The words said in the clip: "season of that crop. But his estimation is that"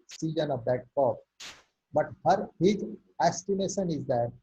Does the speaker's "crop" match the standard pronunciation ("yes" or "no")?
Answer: no